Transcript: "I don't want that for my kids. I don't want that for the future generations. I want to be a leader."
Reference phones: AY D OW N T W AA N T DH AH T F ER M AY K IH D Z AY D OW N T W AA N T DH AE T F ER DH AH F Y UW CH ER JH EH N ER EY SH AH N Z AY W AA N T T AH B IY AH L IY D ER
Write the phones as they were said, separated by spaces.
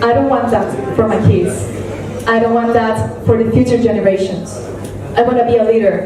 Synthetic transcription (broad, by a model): AY D OW N T W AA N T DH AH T F ER M AY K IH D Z AY D OW N T W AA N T DH AE T F ER DH AH F Y UW CH ER JH EH N ER EY SH AH N Z AY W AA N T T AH B IY AH L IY D ER